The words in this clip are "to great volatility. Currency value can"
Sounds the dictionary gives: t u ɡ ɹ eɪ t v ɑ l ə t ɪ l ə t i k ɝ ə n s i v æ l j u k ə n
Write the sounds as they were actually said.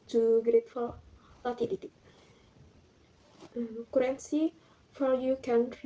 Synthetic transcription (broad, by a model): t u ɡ ɹ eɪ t f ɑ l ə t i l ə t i k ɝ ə n s i f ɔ j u k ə n